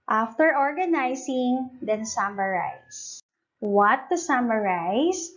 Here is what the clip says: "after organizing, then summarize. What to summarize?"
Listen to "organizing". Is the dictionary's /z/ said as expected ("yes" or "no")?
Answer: no